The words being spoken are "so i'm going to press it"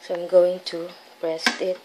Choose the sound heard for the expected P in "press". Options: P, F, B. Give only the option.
B